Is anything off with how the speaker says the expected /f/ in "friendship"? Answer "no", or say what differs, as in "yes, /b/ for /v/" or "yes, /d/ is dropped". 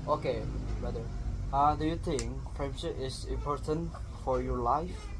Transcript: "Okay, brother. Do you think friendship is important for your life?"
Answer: yes, /p/ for /f/